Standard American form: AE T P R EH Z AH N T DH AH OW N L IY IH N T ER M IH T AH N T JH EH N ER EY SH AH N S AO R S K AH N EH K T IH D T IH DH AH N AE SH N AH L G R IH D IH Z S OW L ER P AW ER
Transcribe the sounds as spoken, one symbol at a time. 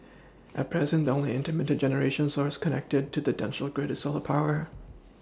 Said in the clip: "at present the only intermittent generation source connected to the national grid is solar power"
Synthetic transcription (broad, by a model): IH T P R EH Z AH N T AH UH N L IY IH N T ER M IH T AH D JH EH N ER EY SH AH N S AO R S K AH N EH K T IH D T IH DH AH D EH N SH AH L G R IH D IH S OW L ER P AW ER